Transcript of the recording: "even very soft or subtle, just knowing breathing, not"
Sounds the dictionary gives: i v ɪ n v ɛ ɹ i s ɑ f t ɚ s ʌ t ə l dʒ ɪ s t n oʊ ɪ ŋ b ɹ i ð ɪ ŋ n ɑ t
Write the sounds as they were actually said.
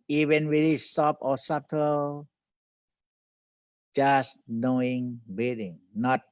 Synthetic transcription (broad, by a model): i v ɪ n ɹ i l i s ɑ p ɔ s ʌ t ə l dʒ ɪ s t n oʊ ɪ ŋ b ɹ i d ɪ ŋ n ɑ t